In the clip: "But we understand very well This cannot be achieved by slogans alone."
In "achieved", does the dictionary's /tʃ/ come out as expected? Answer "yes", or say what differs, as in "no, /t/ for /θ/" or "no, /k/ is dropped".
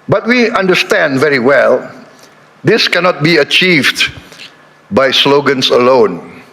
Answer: yes